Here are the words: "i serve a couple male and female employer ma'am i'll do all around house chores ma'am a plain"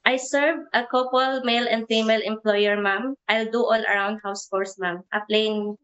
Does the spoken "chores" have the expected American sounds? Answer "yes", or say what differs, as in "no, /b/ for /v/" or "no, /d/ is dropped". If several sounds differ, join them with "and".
no, /s/ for /z/